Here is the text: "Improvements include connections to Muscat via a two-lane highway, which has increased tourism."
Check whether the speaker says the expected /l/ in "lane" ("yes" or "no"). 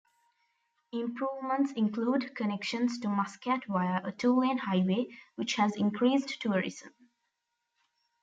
no